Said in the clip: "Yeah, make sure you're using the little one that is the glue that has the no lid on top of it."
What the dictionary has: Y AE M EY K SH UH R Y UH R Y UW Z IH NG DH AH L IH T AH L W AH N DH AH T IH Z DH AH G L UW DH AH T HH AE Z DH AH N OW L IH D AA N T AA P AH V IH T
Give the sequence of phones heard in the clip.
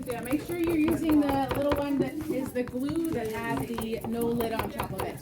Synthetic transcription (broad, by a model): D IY M EY K SH UH R Y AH R Y UW Z IH NG DH AH L IH T L W AH N DH AH T IH Z DH AH G L UW DH AH T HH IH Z DH AH N OW L IH D N T AA P AH V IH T